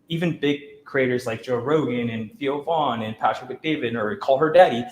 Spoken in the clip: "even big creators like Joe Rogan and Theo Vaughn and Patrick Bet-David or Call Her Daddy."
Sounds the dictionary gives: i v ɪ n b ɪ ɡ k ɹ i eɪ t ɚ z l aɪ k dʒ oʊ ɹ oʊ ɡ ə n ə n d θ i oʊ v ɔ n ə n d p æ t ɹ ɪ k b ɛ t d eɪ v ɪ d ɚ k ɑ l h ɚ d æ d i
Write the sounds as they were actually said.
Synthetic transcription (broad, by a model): i v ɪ n b ɪ ɡ k ɹ i eɪ t ɚ z l aɪ k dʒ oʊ ɹ oʊ ɡ ə n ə n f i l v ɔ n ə n p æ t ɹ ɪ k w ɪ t d eɪ v ɪ d ɚ k ɑ l h ɚ d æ d i